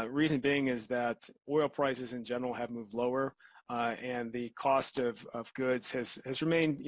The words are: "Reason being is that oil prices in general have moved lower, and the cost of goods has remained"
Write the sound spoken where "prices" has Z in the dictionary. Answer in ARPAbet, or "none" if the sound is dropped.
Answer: Z